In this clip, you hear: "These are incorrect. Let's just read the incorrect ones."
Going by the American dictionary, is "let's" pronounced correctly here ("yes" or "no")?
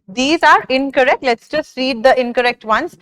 yes